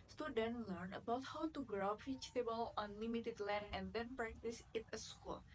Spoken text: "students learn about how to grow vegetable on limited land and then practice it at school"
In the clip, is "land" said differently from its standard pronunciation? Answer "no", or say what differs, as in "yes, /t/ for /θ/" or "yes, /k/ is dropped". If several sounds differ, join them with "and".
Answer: yes, /d/ is dropped